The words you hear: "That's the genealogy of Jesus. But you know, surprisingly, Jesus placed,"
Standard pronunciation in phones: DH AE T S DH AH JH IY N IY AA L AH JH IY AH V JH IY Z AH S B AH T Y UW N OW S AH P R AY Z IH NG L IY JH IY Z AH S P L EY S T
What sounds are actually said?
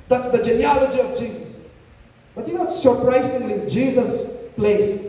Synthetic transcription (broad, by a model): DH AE T S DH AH JH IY N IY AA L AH JH IY AH V JH IY Z AH S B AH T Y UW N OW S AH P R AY S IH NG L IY JH IY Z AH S P L EY S